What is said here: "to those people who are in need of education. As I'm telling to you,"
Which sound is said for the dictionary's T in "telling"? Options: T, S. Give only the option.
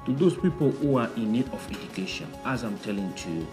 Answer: T